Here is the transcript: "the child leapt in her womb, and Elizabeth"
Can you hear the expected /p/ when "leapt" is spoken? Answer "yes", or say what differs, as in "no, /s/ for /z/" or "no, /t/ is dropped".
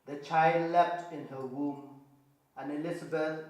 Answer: no, /f/ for /p/